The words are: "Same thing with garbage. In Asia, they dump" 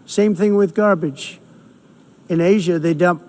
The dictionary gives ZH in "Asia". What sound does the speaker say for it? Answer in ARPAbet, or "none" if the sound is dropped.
ZH